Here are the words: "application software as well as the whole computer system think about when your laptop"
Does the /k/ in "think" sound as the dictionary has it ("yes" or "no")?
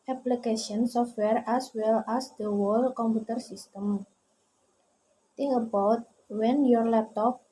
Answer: no